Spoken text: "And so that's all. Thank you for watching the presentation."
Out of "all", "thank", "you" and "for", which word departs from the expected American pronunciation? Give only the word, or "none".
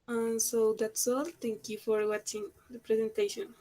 thank